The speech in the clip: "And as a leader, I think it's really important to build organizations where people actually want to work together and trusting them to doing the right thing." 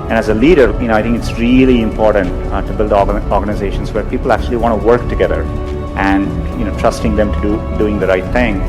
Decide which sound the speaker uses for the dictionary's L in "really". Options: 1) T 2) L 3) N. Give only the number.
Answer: 2